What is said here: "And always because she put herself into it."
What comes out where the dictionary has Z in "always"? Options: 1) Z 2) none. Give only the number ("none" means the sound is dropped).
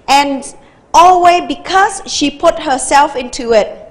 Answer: 2